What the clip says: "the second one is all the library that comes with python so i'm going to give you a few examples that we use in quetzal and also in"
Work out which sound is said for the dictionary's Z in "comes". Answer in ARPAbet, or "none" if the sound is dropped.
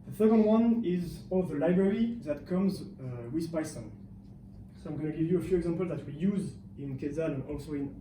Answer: Z